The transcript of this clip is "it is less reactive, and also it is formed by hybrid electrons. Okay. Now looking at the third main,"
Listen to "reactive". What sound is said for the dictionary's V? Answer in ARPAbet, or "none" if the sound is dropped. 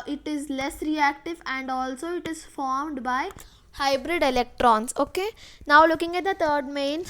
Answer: V